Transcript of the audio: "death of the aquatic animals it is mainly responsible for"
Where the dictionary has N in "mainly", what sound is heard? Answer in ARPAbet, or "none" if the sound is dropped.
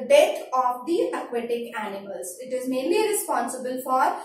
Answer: N